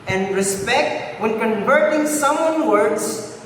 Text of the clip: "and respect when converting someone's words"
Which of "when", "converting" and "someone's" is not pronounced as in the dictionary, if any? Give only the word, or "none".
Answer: someone's